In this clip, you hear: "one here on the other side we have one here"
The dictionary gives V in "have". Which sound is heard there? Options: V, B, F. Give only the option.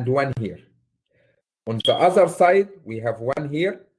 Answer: V